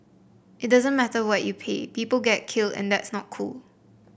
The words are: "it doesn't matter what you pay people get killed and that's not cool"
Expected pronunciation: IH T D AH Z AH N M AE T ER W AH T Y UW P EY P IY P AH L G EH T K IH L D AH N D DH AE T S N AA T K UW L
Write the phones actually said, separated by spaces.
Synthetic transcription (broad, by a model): IH T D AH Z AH N M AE T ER W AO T Y UW P EY P IY P AH L G EH T K IH L D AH N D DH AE T S N AA T K UW L